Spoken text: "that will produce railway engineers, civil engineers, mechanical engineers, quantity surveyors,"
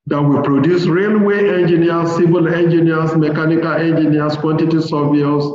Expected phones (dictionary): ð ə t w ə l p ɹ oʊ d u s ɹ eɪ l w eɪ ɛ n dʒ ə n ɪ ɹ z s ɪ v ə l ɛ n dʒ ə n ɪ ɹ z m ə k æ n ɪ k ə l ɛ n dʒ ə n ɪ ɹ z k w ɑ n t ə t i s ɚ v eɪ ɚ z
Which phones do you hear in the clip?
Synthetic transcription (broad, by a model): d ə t w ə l p ɹ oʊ d u s ɹ eɪ l w eɪ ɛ n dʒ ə n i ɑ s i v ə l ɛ n dʒ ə n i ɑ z m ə k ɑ n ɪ k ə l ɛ n dʒ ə n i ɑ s k w ɑ n t ə t i s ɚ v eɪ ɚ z